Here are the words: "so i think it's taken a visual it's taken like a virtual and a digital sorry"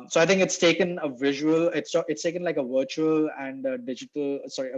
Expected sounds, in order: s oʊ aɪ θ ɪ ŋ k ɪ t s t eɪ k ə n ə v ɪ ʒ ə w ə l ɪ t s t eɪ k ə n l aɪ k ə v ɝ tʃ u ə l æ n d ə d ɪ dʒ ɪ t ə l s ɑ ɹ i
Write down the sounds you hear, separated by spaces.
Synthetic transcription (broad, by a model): s oʊ aɪ t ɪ ŋ k ɪ t s t eɪ k ə n ə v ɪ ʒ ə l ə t ɪ t s t eɪ k ə n l aɪ k ə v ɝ tʃ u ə l æ n d ə d ɪ dʒ ɪ t ə l s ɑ ɹ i